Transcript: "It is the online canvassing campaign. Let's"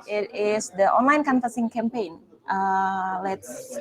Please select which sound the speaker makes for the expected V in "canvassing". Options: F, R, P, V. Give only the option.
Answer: F